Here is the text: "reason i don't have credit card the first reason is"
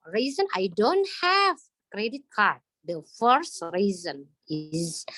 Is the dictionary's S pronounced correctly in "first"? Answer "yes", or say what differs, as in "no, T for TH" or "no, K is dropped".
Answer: yes